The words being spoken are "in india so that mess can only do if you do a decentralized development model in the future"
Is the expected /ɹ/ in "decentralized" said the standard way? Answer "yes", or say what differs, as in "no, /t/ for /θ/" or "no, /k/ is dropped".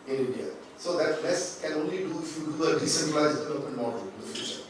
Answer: no, /ɹ/ is dropped